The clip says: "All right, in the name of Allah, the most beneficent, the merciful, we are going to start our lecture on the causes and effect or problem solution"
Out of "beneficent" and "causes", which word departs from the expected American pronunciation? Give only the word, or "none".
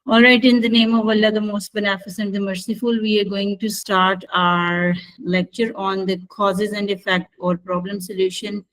beneficent